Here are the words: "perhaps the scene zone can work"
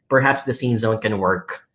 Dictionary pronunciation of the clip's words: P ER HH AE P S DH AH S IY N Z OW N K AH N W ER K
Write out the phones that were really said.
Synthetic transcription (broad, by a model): P ER HH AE P S DH AH S IY N Z OW N K AH N W ER K